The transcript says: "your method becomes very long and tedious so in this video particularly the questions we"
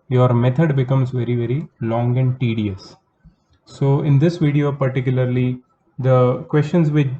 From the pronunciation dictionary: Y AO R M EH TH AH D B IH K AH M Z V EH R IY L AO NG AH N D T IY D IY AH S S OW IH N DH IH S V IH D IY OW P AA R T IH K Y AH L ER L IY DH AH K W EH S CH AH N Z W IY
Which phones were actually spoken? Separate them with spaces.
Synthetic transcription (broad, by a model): Y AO R M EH T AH D B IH K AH M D V EH R IY L AO NG AH N D T IY D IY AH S S OW IH N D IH S V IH D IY OW P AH R T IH K Y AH L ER L IY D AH K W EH S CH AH N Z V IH